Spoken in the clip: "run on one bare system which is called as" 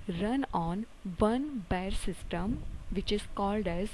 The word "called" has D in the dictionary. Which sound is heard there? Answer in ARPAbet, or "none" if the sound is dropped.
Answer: D